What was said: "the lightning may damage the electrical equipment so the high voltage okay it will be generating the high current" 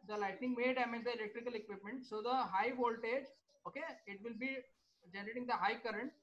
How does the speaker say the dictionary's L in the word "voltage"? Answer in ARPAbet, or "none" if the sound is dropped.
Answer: L